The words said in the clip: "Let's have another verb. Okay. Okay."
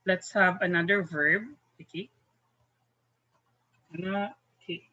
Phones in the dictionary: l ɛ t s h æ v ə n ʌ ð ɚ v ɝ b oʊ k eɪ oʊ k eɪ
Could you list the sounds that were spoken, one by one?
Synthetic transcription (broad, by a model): l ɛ t s h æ v ə n ʌ ð ɚ v ɝ b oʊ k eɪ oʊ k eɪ